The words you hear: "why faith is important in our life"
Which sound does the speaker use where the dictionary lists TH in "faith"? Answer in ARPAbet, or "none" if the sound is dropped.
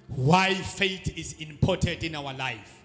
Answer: T